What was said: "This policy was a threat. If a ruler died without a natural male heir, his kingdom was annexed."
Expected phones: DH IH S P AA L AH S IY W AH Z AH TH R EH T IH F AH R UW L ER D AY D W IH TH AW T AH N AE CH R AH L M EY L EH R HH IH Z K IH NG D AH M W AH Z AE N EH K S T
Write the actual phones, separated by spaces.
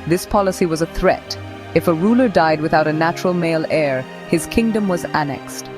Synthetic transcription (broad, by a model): DH IH S P AA L AH S IY W AH Z AH TH R EH T IH F AH R UW L ER D AY D W IH TH AW T AH N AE CH R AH L M EY L EH R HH IH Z K IH NG D AH M W AH Z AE N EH K S T